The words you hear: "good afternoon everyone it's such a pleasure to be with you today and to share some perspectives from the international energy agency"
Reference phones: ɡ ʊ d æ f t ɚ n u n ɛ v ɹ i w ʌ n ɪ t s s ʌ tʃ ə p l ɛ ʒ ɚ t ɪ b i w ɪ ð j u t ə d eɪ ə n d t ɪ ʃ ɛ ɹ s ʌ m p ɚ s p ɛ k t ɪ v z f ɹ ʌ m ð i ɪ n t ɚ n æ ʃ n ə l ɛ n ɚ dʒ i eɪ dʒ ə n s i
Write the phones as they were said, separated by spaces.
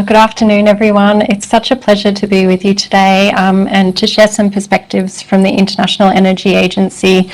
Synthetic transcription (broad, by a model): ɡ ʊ d æ f t ɚ n u n ɛ v ɹ i w ʌ n ɪ t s s ʌ tʃ ə p l ɛ ʒ ɚ t ɪ b i w ɪ ð j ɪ t ə d eɪ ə n t ɪ ʃ ɛ ɹ s ʌ m p ɚ s p ɛ k t ɪ v z f ɹ ʌ m ð i ɪ n t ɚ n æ ʃ n l ɛ n ɚ dʒ i eɪ dʒ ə n s i